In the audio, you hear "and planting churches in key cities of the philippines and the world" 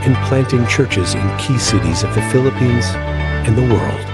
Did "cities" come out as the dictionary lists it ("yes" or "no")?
yes